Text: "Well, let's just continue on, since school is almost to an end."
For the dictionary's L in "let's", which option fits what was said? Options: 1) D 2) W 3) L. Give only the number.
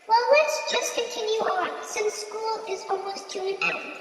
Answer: 2